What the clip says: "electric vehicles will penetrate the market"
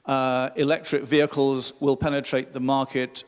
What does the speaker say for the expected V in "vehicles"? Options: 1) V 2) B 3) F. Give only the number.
1